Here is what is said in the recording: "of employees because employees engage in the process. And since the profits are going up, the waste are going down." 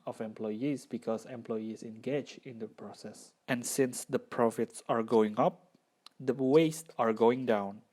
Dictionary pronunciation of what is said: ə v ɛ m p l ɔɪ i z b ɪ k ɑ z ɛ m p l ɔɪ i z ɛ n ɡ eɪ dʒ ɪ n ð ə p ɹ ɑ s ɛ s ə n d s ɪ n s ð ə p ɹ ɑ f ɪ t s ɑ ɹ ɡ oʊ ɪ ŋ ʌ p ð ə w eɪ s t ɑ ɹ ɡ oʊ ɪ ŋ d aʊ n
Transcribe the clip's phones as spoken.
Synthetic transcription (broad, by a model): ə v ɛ m p l ɔɪ i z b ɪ k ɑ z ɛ m p l ɔɪ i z ɛ n ɡ eɪ dʒ ɪ n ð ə p ɹ ɑ s ɛ s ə n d s ɪ n s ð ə p ɹ ɑ f ɪ t s ɑ ɹ ɡ oʊ ɪ ŋ ʌ p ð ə w eɪ s t ɑ ɹ ɡ oʊ ɪ ŋ d aʊ n